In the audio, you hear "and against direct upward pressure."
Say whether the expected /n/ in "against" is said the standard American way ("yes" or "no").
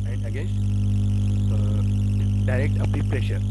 no